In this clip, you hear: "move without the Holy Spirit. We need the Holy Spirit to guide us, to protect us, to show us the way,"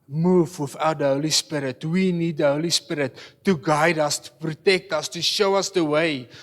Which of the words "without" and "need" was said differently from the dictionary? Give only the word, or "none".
without